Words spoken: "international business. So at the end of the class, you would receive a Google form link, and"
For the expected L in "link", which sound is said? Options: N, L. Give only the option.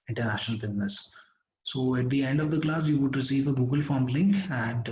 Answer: L